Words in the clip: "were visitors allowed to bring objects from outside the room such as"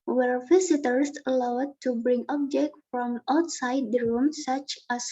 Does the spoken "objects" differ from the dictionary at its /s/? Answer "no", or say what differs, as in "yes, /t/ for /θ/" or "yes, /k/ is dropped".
yes, /s/ is dropped